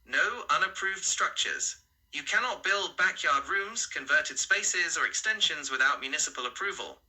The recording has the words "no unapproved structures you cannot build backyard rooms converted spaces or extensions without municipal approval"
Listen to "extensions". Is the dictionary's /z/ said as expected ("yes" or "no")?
yes